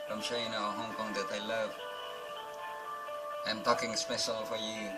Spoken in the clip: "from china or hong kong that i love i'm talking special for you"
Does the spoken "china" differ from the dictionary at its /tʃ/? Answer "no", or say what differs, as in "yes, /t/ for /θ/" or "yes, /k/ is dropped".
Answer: yes, /ʃ/ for /tʃ/